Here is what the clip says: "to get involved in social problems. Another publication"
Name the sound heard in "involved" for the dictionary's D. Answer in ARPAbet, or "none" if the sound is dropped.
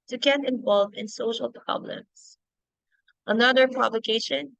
none